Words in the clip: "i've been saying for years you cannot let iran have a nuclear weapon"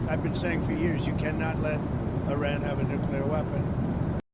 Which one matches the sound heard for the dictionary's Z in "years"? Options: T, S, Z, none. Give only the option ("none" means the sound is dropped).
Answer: Z